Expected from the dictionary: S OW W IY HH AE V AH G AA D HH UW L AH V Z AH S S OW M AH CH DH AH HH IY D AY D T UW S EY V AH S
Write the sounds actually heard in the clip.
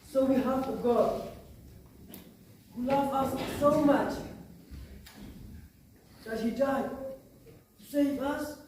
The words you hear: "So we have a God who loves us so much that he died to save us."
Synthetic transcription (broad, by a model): S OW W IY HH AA F AH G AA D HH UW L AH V AH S S OW M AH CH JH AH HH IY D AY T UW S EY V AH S